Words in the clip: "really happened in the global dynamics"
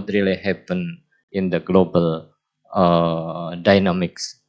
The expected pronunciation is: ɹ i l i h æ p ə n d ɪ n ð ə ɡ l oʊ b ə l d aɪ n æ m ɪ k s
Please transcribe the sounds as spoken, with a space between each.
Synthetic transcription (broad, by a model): ɹ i l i h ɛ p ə n ɪ n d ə ɡ l oʊ b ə l d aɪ n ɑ m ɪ k s